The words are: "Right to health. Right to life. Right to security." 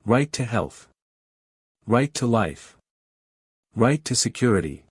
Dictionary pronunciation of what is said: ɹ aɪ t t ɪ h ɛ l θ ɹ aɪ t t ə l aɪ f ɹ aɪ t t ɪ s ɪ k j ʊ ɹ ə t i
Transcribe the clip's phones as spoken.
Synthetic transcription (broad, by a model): ɹ aɪ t t ɪ h ɛ l θ ɹ aɪ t t ə l aɪ f ɹ aɪ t t ɪ s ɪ k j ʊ ɹ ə t i